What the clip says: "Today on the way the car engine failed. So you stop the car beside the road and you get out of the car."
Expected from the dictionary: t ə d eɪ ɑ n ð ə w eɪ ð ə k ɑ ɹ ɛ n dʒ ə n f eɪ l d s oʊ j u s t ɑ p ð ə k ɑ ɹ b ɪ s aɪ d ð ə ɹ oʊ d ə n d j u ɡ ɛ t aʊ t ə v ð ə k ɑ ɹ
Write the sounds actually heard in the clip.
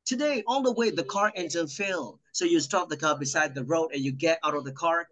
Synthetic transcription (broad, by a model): t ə d eɪ ɑ l ð ə w eɪ ð ə k ɑ ɹ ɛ n z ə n f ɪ l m s oʊ j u s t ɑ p ð ə k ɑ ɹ b ɪ s aɪ d ð ə ɹ oʊ d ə n j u ɡ ɛ t aʊ t ə v ð ə k ɑ ɹ